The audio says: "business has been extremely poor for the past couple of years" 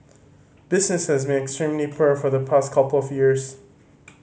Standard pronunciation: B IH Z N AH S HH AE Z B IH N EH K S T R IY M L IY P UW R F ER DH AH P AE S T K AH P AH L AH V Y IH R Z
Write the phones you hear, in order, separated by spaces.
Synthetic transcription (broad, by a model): B IH Z N AH S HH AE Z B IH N EH K S T R IY M L IY P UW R F ER DH AH P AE S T K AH P L AH V Y IH R Z